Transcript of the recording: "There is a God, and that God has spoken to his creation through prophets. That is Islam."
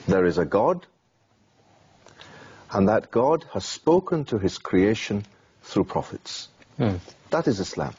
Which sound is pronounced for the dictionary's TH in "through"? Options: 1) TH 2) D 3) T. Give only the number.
1